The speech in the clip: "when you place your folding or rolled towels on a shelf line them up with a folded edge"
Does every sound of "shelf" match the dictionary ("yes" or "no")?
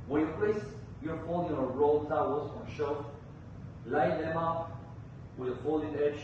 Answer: no